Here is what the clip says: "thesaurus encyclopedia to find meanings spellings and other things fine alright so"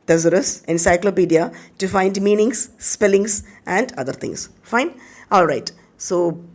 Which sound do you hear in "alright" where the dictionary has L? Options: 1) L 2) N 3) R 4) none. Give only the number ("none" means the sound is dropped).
1